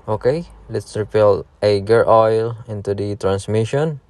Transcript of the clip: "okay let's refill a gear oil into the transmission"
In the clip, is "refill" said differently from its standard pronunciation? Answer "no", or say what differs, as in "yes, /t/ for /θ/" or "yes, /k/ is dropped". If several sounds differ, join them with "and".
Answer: yes, /p/ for /f/